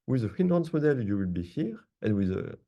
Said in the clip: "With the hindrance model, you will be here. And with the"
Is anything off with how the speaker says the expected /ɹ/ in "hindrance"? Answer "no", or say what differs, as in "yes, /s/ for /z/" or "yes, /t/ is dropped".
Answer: yes, /ɹ/ is dropped